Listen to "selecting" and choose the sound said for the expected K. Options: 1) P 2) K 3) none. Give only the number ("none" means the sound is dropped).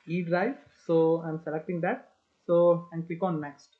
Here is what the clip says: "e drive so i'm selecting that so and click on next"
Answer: 2